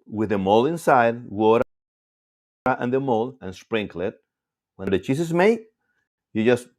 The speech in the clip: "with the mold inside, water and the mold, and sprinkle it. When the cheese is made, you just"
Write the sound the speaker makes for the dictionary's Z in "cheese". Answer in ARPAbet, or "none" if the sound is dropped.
S